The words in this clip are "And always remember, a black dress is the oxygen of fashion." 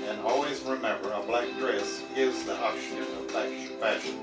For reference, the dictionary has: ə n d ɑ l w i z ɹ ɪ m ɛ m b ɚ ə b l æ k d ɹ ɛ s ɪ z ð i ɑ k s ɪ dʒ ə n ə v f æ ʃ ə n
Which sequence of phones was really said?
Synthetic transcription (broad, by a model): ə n ɑ l w i z ɹ ɪ m ɛ m b ɚ ə b l æ k d ɹ ɛ s ɪ z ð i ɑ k ʃ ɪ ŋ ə l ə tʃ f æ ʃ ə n